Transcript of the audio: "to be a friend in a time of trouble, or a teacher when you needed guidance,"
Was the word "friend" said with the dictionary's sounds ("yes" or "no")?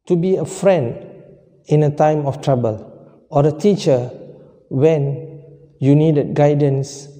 yes